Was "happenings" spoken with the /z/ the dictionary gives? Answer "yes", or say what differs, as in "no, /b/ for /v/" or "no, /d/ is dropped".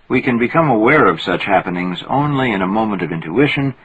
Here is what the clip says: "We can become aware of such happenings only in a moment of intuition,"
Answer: yes